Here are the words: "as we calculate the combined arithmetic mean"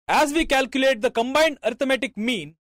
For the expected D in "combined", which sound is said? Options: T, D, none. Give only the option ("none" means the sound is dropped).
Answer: D